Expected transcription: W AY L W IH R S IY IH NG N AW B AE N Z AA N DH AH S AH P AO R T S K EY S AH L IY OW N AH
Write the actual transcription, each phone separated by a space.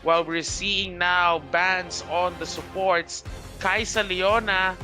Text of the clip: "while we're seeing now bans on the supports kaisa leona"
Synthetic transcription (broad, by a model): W AY L W IH R S IY IH NG N AW B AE N S AA N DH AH S AH P AO R T S K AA S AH L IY OW N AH